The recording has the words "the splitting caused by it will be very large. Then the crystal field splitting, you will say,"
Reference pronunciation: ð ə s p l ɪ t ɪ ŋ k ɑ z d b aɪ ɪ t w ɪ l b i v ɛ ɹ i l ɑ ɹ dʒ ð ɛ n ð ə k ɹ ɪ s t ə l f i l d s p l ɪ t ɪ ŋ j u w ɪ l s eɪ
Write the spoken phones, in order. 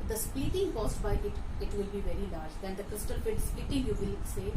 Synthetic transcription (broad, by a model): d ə s p i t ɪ ŋ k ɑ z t b aɪ ɪ t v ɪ l b i v ɛ ɹ i l ɑ ɹ dʒ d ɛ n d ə k ɹ ɪ s t ə l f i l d s p i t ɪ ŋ j u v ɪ l s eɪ